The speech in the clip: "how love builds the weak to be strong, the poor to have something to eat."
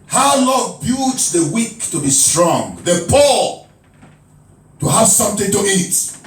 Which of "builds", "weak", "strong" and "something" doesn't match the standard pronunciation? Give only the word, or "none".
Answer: builds